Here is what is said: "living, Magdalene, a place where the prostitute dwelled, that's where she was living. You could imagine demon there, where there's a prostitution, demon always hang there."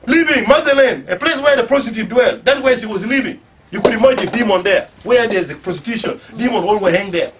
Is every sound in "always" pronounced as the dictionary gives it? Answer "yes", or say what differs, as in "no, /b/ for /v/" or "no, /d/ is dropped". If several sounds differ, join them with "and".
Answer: no, /z/ is dropped